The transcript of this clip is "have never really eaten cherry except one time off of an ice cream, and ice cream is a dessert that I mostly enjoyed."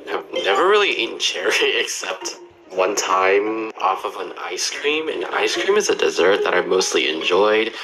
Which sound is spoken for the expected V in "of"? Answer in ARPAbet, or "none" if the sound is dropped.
V